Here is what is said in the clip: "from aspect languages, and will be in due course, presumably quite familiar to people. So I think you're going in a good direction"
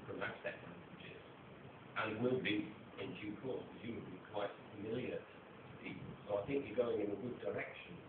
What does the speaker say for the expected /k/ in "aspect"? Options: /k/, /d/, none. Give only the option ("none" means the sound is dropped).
none